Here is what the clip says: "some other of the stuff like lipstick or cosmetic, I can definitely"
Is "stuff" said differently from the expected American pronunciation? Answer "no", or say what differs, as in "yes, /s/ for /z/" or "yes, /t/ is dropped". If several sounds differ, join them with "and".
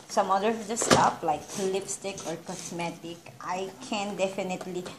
yes, /p/ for /f/